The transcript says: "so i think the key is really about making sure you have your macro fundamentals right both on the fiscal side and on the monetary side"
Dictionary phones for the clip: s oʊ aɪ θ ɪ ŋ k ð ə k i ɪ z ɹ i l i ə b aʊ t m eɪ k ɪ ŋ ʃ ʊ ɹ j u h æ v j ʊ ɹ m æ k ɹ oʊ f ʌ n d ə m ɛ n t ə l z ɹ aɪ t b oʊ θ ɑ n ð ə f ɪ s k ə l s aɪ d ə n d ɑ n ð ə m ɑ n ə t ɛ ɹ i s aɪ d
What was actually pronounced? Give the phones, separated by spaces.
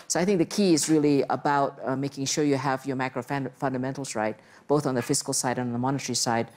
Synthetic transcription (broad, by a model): s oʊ aɪ θ ɪ ŋ k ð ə k i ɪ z ɹ i l i ə b aʊ t m eɪ k ɪ ŋ ʃ ʊ ɹ j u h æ v j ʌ ɹ m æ k ɹ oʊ f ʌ n d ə m ɛ n t l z ɹ aɪ t b oʊ θ n ð ə f ɪ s k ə l s aɪ d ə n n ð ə m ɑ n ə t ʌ ɹ i s aɪ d